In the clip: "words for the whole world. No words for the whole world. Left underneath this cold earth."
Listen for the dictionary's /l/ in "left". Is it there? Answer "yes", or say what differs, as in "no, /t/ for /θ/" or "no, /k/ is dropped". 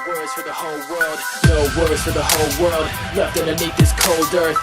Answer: no, /n/ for /l/